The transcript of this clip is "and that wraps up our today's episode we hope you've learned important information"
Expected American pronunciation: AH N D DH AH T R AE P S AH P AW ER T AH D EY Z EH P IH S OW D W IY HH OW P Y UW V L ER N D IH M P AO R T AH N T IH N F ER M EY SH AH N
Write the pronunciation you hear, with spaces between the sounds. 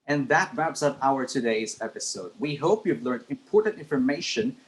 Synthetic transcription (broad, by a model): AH N DH AH T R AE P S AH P AW ER T AH D EY Z EH P IH S OW D W IY HH OW P Y UW V L ER N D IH M P AO R T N T IH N F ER M EY SH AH N